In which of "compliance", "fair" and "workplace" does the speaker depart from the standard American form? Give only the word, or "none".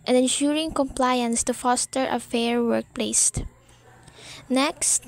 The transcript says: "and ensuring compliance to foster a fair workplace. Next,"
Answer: none